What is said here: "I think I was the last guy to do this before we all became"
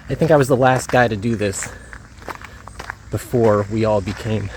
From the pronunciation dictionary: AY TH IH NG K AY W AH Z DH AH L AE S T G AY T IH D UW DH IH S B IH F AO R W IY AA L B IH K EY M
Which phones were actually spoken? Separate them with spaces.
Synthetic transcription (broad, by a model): AY TH IH NG K AY W AH Z DH AH L AE S T G AY T IH D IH DH IH S B IH F AO R W IY AA L B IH K EY M